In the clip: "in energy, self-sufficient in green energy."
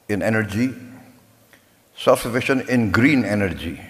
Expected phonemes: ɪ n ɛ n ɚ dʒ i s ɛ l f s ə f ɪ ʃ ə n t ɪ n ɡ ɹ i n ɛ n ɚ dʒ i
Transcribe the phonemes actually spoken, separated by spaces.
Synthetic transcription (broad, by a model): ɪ n ɛ n ɚ dʒ i s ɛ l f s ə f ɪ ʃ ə n ɪ n ɡ ɹ i n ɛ n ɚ dʒ i